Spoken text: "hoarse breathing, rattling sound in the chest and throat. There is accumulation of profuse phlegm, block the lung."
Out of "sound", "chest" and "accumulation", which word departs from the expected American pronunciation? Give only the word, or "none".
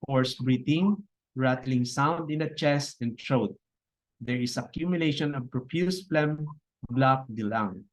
none